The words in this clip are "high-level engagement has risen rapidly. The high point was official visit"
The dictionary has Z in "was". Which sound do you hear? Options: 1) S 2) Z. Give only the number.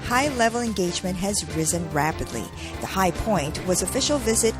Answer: 2